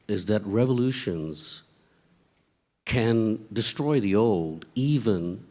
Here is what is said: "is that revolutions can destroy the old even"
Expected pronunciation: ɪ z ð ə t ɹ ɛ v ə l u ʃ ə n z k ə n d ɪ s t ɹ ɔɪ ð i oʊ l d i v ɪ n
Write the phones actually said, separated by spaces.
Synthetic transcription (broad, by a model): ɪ z ð ə t ɹ ɛ v ə l u ʃ ə n z k ə n d ɪ s t ɹ ɔɪ ð i oʊ l d i v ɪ n